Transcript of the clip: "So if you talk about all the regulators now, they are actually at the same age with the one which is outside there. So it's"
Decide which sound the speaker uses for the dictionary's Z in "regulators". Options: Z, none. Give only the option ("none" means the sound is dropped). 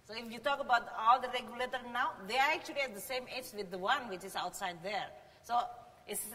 none